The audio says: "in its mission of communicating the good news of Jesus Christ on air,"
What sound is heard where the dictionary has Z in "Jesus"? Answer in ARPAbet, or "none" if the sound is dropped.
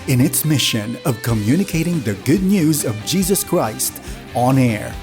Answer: Z